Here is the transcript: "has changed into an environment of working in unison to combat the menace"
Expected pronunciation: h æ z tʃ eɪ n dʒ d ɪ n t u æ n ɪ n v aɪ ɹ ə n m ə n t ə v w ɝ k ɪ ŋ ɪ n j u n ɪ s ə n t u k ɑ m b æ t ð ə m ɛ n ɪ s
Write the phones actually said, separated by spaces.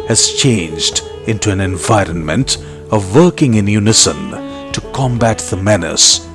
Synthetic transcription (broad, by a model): h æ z tʃ eɪ n dʒ d ɪ n t u æ n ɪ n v aɪ ɹ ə n m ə n t ə v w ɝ k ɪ ŋ ɪ n j u n ɪ s ə n t u k ɑ m b æ t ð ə m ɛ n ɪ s